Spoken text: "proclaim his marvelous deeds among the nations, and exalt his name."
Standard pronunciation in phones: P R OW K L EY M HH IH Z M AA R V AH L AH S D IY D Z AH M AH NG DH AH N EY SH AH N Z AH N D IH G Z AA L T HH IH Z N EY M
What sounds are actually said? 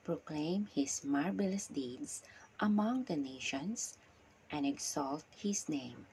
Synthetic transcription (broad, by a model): P R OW K L EY M HH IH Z M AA R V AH L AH S D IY D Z AH M AH NG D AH N EY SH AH N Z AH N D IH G S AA L T HH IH S N EY M